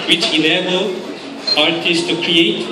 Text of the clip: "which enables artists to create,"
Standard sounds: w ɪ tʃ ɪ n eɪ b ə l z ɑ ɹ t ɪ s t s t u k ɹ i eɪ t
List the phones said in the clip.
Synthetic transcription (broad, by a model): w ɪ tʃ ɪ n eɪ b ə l ɑ ɹ t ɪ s s t u k ɹ i eɪ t